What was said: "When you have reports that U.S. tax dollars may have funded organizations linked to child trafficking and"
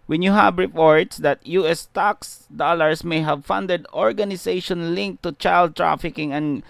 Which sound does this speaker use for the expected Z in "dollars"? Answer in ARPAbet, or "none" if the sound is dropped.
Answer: S